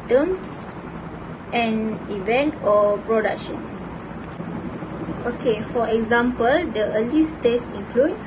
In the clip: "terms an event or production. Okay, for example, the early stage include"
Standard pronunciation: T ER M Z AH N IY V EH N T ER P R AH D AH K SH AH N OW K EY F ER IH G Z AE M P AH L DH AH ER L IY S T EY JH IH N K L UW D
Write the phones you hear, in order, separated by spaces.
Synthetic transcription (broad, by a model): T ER M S AH N IY V EH N T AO P R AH D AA K SH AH N OW K EY F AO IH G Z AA M P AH L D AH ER L IY S T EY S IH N K L UW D